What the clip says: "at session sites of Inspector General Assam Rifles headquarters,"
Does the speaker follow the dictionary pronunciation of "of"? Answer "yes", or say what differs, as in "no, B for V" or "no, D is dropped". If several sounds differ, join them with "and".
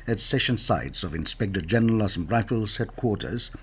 yes